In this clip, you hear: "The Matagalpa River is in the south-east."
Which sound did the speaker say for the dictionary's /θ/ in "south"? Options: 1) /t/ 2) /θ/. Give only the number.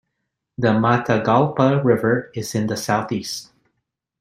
2